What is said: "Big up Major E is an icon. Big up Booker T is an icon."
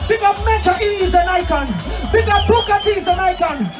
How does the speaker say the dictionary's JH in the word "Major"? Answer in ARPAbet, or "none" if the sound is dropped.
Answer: CH